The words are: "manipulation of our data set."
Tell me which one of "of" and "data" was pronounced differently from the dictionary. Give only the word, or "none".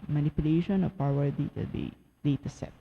of